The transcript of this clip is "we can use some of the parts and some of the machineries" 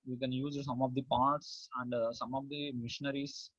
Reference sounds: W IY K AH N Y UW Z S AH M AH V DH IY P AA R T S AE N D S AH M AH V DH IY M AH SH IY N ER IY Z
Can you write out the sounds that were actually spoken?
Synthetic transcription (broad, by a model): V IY K AH N Y UW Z S AH M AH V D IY P AA R T S AE N D S AH M AH V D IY M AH SH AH N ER IY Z